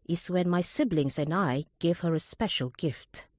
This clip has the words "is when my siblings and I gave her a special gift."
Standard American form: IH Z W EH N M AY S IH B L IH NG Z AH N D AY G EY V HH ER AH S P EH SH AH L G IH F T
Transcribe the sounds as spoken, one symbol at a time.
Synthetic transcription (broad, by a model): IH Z W EH N M AY S IH B L IH NG Z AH N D AY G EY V HH ER AH S P EH SH AH L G IH F T